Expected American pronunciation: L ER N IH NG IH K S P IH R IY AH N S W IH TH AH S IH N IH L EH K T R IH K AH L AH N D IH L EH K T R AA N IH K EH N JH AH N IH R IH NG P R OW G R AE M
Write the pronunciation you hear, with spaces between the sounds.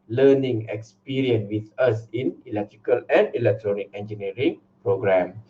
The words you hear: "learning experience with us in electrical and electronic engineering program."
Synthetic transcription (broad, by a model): L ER N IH NG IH K S P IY R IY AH N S W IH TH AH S IH N IH L EH K T R IH K AH L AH N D IH L EH K T R AA N IH K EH N JH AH N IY R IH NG P R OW G R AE M